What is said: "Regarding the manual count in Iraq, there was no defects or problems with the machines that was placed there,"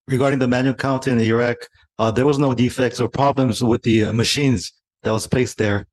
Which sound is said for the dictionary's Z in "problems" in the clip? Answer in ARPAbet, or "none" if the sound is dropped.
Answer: Z